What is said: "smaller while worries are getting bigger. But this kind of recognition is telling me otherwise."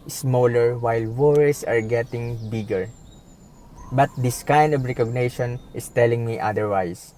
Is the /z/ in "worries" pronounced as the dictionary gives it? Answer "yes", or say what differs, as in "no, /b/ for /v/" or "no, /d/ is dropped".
no, /s/ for /z/